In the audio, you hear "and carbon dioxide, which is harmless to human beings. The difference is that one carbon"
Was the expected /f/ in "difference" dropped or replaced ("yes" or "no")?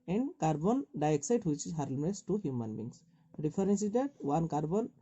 yes